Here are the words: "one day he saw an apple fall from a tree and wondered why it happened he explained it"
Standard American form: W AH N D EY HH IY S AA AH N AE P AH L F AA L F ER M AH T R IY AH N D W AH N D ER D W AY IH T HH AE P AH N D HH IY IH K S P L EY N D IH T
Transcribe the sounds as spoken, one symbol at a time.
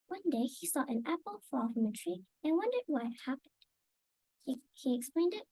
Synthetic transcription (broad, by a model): W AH N D EY HH IY S AA AH N AE P AH L F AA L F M AH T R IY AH N W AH N D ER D W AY IH T HH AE P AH N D HH IY IH K S P L EY N D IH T